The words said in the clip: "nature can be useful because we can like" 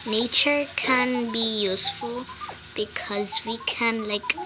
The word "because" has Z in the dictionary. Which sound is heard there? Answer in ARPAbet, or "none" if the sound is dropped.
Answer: Z